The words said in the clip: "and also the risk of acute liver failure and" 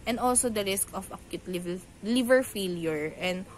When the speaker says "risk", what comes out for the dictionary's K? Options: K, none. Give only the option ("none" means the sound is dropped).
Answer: K